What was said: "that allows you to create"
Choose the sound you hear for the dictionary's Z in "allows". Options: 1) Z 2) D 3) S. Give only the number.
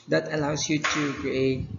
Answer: 3